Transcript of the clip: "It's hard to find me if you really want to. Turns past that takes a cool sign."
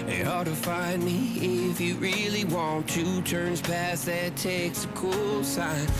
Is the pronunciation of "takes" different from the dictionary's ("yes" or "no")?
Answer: no